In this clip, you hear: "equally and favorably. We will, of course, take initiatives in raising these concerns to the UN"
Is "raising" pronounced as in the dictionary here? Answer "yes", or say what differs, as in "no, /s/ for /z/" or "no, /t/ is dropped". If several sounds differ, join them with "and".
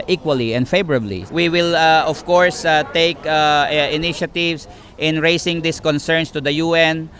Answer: no, /s/ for /z/